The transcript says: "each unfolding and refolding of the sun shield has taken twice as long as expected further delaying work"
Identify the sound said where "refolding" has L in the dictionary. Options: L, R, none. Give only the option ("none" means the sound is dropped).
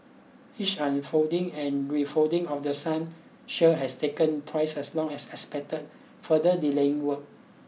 none